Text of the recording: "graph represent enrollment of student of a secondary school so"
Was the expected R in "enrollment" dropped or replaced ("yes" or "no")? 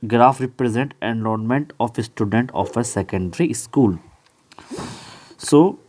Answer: yes